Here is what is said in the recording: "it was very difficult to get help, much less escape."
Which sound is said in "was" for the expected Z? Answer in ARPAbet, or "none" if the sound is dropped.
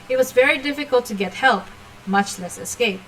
Z